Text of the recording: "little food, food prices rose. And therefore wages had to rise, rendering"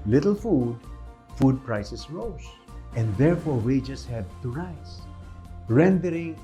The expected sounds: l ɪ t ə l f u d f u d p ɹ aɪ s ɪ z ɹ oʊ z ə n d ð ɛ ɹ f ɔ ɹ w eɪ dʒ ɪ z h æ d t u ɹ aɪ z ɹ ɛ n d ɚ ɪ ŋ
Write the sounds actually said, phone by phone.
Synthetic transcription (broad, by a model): l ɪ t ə l f u d f u d p ɹ aɪ s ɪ s ɹ oʊ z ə n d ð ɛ ɹ f ɔ ɹ w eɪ dʒ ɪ s h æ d t u ɹ aɪ s ɹ ɛ n d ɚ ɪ ŋ